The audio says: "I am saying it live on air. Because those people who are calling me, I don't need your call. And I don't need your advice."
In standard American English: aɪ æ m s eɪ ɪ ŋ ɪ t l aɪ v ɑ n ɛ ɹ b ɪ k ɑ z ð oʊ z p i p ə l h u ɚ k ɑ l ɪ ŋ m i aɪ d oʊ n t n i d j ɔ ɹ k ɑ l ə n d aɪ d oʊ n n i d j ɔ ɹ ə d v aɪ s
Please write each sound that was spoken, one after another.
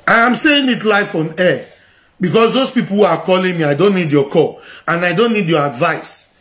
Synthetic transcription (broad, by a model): aɪ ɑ m s eɪ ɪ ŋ ɪ t l aɪ f ɑ n ɛ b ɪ k ɑ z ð oʊ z p i p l h u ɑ k ɑ l ɪ ŋ m i aɪ d oʊ n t n i d j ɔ k ɑ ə n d aɪ d oʊ n n i d j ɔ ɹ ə d v aɪ s